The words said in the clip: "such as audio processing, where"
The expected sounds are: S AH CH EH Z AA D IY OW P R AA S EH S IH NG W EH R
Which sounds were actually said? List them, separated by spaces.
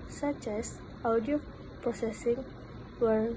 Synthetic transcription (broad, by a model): S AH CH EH S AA D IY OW P AA S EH S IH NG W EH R